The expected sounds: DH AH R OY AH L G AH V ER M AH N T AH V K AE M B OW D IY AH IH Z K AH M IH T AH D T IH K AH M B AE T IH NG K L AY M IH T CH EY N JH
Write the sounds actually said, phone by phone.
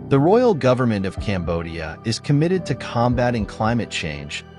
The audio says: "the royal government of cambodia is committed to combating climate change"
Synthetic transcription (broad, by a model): DH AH R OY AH L G AH V ER M AH N T AH V K AE M B OW D IY AH IH Z K AH M IH T AH D T IH K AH M B AE T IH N K L AY M IH T CH EY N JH